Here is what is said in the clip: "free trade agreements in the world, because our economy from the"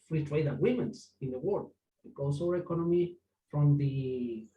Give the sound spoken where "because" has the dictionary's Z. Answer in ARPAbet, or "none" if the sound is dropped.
S